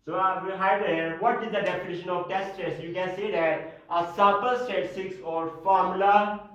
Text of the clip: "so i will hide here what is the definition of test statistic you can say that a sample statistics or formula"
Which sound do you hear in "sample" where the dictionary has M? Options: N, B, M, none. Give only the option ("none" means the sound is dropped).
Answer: none